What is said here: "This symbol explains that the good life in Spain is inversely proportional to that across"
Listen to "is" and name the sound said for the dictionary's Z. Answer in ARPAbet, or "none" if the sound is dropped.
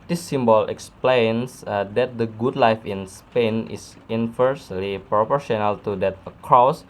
S